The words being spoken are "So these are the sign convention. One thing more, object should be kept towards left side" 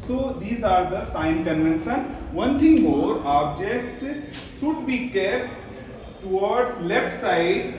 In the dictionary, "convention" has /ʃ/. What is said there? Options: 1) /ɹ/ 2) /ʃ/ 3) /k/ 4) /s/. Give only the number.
4